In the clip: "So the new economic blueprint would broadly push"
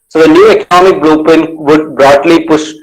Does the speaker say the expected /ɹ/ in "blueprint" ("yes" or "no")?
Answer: no